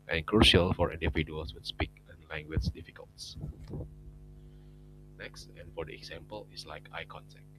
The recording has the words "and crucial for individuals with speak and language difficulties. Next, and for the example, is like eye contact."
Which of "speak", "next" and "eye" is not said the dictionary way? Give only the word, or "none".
none